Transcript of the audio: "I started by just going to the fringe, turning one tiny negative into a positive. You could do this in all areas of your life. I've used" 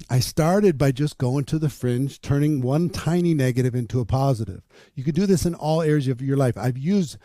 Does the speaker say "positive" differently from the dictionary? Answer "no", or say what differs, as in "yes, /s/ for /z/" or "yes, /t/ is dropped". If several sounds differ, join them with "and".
no